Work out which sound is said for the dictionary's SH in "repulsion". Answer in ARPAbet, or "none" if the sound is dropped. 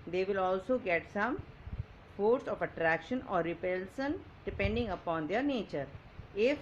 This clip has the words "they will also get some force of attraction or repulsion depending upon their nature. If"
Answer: S